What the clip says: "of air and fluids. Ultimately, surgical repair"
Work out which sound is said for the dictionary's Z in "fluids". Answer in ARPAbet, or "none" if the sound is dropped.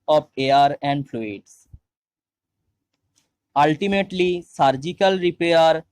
S